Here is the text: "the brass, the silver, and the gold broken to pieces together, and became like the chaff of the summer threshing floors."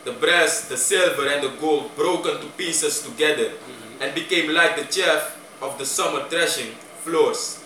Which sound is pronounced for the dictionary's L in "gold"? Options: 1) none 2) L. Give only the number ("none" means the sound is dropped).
2